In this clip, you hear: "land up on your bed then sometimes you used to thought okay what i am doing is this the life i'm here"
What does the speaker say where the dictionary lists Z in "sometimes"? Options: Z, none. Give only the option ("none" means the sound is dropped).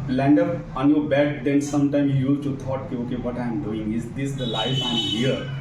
none